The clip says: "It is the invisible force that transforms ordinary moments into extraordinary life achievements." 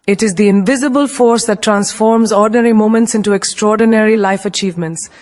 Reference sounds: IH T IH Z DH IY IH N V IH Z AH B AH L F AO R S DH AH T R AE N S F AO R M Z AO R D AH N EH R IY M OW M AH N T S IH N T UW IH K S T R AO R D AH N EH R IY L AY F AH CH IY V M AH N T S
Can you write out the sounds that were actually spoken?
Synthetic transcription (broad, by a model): IH T IH Z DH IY IH N V IH Z AH B AH L F AO R S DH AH T R AE N S F AO R M Z AO R D N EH R IY M OW M AH N T S IH N T UW IH K S T R AO R D AH N EH R IY L AY F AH CH IY V M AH N T S